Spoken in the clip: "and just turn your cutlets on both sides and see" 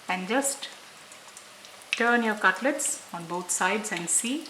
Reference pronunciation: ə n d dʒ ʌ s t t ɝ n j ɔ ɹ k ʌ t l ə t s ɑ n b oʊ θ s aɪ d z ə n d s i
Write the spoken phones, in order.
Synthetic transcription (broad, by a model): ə n d dʒ ʌ s t t ɝ n j ɔ ɹ k ʌ t l ə t s ɑ n b oʊ t s aɪ d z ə n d s i